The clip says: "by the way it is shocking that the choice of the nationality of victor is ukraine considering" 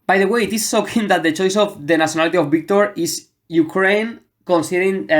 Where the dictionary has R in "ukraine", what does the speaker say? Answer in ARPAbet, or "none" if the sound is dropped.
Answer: R